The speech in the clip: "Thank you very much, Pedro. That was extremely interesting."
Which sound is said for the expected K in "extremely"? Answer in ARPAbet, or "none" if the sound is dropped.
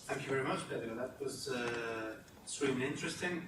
none